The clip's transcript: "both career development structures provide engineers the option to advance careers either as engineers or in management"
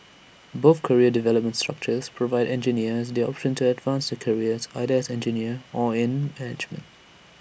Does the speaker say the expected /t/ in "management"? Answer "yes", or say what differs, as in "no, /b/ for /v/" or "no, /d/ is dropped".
yes